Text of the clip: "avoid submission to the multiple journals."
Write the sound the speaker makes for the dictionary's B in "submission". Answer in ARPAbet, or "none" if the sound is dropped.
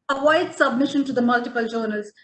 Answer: B